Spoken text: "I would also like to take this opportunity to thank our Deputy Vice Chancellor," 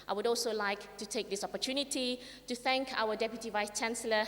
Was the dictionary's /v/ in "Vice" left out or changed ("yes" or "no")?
no